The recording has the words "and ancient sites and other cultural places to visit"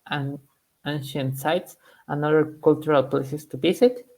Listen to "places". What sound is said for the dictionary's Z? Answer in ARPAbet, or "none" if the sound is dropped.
S